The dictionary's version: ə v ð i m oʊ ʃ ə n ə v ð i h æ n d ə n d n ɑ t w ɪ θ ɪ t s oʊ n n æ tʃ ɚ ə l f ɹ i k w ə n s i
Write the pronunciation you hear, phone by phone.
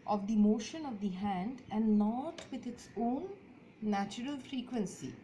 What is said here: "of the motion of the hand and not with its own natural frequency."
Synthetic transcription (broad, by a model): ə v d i m oʊ ʃ ə n ə v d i h æ n d ə n d n ɑ t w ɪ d ɪ t s oʊ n n æ tʃ ɚ ə l f ɹ i k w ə n s i